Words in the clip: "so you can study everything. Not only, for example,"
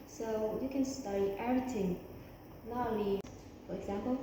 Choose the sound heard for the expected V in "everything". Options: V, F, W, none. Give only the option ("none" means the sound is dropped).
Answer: none